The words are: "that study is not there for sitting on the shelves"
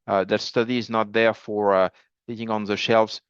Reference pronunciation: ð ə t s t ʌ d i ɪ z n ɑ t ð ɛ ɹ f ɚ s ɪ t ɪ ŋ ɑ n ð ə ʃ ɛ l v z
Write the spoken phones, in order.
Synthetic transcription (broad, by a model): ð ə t s t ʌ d i ɪ z n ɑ t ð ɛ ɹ f ɚ θ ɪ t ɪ ŋ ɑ n ð ə ʃ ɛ l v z